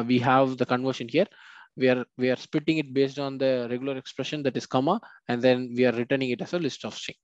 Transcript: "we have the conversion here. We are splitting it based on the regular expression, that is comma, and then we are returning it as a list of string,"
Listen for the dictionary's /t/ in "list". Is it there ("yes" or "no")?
yes